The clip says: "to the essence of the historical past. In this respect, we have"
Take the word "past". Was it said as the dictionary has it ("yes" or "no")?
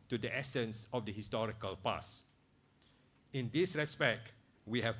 no